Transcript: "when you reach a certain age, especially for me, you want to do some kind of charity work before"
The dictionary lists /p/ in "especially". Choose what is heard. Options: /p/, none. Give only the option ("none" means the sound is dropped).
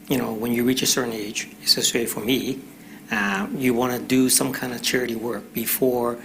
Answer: none